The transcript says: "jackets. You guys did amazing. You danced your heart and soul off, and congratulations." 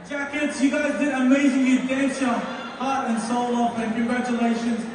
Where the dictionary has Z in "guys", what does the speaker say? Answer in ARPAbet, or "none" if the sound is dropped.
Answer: Z